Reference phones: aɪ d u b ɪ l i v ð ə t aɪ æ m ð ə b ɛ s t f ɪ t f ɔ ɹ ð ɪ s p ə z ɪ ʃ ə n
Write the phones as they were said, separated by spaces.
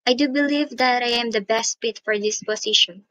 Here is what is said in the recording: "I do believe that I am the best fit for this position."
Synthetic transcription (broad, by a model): aɪ d u b ɪ l i v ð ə t aɪ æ m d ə b ɛ s t p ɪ t f ɔ ɹ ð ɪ s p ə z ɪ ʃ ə n